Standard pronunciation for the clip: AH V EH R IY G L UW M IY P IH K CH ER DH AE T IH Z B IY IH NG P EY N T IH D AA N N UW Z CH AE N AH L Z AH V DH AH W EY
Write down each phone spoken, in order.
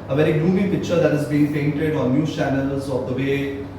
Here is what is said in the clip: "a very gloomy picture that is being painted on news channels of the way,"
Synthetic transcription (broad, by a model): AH V EH R IY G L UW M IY P IH K CH ER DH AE T IH Z B IY IH NG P EY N T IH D AA N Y UW CH AE N AH L Z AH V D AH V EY